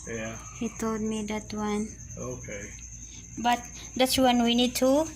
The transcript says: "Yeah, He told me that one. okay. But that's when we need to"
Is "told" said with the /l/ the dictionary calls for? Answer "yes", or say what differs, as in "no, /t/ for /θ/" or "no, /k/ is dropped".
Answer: no, /l/ is dropped